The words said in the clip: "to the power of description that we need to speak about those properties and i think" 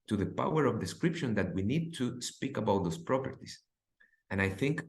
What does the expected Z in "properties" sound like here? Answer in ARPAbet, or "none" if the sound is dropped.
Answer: S